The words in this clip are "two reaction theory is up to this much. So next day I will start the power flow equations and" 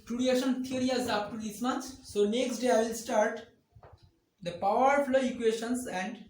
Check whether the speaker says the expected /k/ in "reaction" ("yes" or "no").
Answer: no